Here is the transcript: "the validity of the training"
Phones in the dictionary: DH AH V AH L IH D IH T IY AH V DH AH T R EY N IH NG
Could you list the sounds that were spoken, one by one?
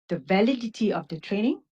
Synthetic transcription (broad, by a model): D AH V AH L IH D IH T IY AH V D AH T R EY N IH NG